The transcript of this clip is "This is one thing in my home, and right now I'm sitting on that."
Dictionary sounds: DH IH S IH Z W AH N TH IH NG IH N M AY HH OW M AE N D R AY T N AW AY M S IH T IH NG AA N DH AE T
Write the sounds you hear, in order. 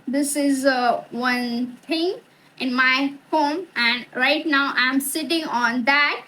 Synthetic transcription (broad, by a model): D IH S IH Z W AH N T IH NG IH N M AY HH OW M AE N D R AY T N AW AY M S IH T IH NG AA N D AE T